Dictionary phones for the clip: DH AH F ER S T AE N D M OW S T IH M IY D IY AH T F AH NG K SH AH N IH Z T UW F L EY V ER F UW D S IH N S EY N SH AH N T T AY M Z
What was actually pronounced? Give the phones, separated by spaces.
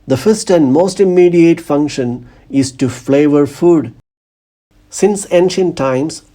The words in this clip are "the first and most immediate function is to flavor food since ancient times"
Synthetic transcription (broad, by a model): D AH F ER S T AE N D M OW S T IH M IY D IY AH T F AH NG K SH AH N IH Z T UW F L EY V ER F UW D S IH N S EY N SH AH N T T AY M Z